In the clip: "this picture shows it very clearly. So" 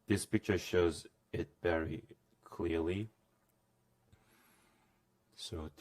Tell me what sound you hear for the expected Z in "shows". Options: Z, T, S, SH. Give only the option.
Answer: Z